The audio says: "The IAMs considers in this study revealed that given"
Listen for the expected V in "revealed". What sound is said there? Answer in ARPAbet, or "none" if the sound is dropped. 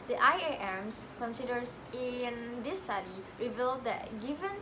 V